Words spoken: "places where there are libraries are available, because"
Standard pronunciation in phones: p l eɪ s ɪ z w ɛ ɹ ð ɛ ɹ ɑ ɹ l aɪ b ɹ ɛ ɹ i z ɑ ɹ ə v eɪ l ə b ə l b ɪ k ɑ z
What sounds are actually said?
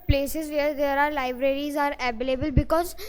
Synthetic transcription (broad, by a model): p l eɪ s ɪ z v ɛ ɹ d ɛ ɹ ɑ ɹ l aɪ b ɹ ɛ ɹ i z ɑ ɹ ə b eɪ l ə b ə l b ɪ k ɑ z